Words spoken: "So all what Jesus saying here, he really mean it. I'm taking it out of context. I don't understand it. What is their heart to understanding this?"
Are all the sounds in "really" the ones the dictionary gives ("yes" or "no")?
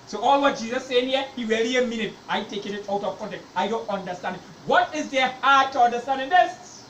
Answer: no